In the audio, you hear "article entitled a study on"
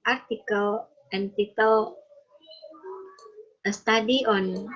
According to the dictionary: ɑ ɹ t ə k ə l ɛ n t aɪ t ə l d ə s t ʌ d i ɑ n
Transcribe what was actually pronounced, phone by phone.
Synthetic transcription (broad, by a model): ɑ ɹ t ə k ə l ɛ n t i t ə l ə s t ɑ d i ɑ n